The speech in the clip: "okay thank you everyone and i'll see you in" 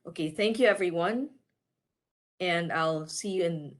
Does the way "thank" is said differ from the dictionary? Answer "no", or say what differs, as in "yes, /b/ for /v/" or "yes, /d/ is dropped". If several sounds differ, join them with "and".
no